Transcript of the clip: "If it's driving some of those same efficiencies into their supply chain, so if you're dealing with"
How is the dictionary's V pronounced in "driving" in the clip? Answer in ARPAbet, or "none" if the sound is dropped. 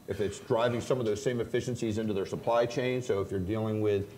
V